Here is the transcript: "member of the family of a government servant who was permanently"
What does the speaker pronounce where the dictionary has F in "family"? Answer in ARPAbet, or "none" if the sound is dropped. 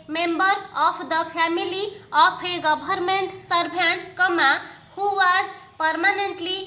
P